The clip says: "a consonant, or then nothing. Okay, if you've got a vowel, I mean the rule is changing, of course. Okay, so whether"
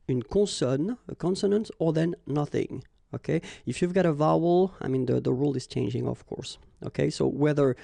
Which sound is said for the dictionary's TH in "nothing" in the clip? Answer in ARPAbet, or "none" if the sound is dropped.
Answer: TH